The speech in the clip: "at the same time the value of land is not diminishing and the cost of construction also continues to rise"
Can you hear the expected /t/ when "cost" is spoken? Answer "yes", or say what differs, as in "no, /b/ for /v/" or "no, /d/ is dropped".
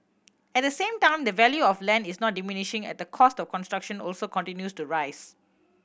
yes